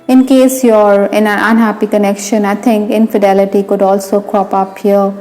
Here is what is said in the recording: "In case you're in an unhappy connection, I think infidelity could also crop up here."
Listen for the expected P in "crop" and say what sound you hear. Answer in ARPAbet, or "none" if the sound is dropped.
P